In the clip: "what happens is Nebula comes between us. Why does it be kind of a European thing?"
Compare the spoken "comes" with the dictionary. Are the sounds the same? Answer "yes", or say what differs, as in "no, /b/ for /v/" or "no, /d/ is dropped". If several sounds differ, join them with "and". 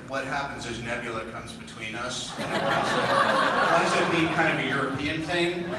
yes